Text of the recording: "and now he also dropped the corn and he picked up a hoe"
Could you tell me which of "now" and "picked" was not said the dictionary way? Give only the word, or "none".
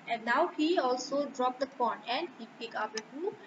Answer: picked